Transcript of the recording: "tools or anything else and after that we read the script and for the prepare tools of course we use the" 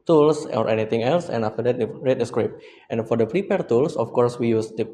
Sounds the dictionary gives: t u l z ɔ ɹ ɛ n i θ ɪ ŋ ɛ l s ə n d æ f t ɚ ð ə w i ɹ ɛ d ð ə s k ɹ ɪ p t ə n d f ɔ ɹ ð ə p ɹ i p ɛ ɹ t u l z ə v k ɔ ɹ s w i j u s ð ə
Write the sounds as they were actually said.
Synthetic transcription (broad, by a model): t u l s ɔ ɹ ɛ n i t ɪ ŋ ɛ l s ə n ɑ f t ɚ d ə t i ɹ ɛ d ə s k ɹ ɪ p t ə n f ɔ ɹ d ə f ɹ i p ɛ ɹ t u l s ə f k ɔ ɹ s w i j u s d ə